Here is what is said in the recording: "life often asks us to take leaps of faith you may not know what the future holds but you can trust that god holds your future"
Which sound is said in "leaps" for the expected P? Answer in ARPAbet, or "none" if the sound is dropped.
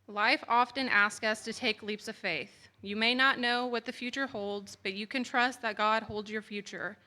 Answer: P